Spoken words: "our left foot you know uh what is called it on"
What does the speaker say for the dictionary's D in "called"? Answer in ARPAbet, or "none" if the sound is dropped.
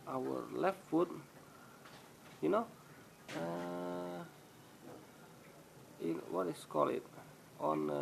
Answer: none